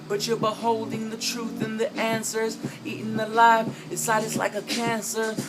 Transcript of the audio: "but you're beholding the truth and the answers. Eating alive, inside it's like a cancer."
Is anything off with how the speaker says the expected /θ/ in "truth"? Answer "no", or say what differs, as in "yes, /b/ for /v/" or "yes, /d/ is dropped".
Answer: no